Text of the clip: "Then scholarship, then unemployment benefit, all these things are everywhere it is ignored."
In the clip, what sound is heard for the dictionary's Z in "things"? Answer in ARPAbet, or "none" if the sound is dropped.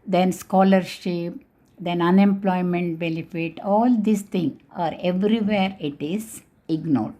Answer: none